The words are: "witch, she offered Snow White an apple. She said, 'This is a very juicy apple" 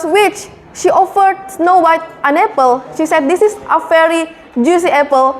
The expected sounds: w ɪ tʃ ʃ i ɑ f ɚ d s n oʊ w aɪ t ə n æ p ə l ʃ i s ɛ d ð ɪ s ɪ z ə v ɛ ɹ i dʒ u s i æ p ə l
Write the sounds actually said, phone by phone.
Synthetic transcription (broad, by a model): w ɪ tʃ ʃ i ɑ f ɚ d s n oʊ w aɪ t ə n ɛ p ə l ʃ i s ɛ d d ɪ s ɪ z ə f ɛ ɹ i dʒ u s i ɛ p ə l